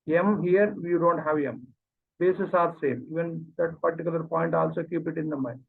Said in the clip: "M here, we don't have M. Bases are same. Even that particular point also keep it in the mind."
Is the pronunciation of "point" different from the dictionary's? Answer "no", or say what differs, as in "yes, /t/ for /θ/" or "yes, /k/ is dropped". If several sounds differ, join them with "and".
no